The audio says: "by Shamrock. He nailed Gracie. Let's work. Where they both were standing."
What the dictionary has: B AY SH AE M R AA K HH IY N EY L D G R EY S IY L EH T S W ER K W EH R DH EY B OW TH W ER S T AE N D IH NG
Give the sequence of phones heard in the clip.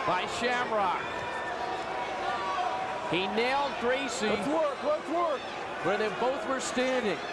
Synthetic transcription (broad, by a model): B AY SH AE M R AA K HH IY N EY L D G R EY S IY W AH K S W ER K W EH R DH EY B OW TH W ER S T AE N D IH NG